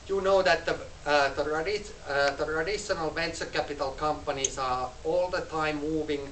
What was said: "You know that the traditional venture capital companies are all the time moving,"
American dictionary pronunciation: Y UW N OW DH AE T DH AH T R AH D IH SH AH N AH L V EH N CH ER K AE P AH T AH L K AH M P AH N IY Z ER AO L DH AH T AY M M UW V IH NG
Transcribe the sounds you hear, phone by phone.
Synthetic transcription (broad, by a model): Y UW N OW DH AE T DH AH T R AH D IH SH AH N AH L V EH N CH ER K AE P AH T AH L K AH M P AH N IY S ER AO L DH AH T AY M M UW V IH NG